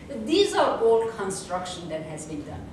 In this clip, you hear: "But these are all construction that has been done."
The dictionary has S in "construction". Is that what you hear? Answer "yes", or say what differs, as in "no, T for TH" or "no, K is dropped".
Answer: yes